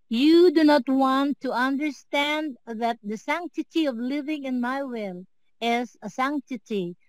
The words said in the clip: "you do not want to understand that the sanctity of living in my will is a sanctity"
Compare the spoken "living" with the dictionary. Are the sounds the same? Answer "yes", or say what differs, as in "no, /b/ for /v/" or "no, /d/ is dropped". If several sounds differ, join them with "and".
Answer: yes